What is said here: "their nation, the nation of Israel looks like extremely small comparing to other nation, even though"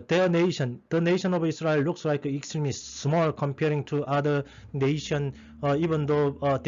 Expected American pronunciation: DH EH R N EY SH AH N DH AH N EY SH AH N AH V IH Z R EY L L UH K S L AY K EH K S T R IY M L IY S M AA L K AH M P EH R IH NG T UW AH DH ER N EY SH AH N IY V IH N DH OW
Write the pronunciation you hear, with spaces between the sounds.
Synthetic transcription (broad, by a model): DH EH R N EY SH AH N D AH N EY SH AH N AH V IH S R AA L L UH K S L AY K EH K S T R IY M IY S M AA L K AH M P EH R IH NG T UW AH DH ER N EY SH AH N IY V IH N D OW